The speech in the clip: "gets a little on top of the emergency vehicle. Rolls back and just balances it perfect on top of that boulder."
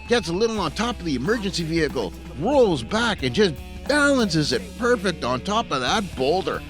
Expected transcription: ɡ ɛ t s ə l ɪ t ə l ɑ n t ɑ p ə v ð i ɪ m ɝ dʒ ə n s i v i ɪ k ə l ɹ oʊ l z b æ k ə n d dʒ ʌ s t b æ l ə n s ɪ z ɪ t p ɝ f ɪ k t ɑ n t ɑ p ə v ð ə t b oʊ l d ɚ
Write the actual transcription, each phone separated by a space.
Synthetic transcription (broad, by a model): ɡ ɛ t s ə l ɪ t l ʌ n t ɑ p ə v ð i ɪ m ɝ dʒ ə n s i v i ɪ k l ɹ oʊ l z b æ k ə n dʒ ʌ s b æ l ə n s ɪ z ɪ t p ɝ f ɪ k t n t ɑ p ə v ð ə t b oʊ l d ɚ